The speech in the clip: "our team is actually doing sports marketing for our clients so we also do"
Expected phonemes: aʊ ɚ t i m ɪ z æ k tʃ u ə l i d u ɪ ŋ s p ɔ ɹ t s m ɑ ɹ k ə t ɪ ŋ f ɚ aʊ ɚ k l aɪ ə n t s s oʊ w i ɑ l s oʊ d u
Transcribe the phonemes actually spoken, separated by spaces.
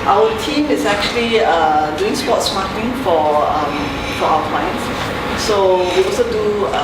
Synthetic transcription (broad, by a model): aʊ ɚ t i m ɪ s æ k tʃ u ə l i d u ɪ ŋ s p ɔ t s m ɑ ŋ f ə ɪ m f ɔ aʊ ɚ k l aɪ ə n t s s oʊ w i ɑ l s oʊ d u